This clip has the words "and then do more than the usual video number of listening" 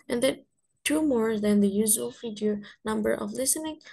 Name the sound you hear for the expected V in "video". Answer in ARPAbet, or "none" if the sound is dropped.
F